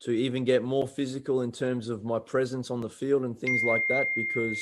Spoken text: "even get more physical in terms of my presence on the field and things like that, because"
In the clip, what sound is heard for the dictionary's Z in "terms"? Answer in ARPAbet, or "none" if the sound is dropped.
Z